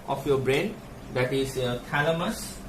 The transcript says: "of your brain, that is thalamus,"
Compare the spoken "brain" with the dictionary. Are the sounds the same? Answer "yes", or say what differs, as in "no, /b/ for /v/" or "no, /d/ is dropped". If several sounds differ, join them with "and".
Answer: yes